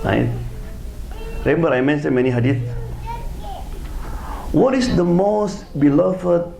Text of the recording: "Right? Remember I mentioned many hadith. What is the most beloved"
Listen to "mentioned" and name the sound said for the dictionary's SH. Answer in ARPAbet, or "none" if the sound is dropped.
S